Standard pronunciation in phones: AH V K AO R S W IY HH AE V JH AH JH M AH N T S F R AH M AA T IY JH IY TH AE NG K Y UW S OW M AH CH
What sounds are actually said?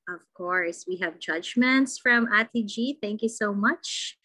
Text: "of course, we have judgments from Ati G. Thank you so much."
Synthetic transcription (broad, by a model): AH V K AO R S W IY HH AE V JH AH JH M AH N T S F R AH M AA T IY JH IY TH AE NG K Y UW S OW M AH CH